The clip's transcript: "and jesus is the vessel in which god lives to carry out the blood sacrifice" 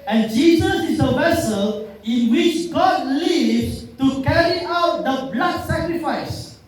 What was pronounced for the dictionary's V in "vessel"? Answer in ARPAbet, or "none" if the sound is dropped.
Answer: V